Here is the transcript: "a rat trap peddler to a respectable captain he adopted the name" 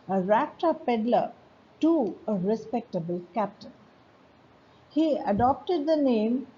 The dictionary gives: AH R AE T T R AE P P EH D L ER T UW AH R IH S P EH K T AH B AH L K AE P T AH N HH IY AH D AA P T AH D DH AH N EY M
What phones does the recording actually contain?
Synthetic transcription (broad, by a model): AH R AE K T AH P P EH D L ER T UW AH R IH S P EH K T AH B AH L K AE P T AH N HH IY AH D AA P T AH D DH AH N EY M